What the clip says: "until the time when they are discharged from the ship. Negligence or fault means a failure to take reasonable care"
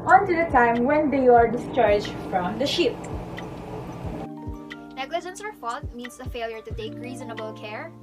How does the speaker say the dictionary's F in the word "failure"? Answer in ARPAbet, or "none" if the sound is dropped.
F